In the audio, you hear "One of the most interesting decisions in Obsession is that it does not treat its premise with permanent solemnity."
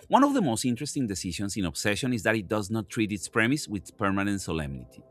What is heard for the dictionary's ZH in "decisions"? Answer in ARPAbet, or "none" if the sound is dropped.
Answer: SH